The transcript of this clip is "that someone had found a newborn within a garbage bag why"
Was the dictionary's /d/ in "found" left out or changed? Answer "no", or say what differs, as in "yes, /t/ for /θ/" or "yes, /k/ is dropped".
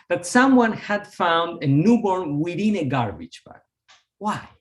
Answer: no